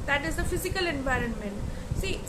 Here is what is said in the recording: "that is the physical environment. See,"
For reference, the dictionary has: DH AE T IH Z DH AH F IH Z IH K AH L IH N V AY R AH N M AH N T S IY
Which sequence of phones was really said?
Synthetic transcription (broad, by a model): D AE T IH Z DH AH F IH Z IH K AH L IH N V AY R AH N M AH N T S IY